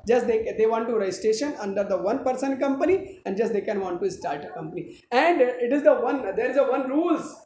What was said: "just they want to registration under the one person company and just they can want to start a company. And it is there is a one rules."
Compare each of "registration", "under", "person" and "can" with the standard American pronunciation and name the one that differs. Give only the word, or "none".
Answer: registration